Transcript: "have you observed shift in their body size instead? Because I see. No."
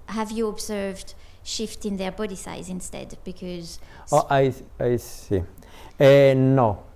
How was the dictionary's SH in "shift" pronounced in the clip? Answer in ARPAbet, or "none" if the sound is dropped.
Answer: SH